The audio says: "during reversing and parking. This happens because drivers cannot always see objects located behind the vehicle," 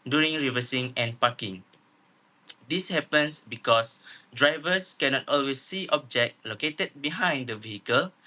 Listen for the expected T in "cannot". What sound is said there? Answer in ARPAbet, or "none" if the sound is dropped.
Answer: T